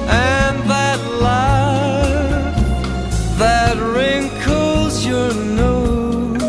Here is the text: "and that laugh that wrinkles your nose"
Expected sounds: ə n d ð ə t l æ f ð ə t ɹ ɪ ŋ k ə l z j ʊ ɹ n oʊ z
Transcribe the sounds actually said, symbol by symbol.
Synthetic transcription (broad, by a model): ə n ð ə t l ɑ ð ə t ɹ ɪ ŋ k ə l z j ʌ ɹ n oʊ